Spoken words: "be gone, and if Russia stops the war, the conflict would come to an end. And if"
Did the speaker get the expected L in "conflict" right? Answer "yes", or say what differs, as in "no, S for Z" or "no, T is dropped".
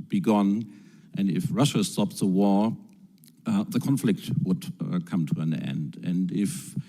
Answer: yes